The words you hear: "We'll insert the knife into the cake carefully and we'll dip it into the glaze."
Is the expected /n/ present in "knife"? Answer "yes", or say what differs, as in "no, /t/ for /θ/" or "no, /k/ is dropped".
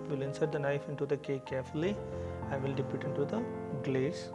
yes